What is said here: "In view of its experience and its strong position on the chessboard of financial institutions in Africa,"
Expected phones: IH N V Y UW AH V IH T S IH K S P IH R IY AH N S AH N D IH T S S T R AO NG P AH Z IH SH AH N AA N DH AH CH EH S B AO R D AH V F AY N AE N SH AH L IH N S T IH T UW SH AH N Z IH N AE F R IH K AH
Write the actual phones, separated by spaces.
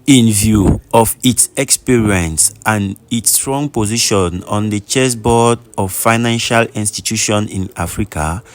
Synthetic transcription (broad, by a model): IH N V Y UW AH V IH T S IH K S P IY R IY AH N S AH N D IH T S S T R AO NG P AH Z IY SH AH N AA N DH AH CH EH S B AO D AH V F AY N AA N SH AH L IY N S T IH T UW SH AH N IH N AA F R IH K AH